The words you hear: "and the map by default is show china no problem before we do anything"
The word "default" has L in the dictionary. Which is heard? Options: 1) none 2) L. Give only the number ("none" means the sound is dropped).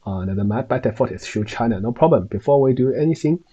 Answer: 1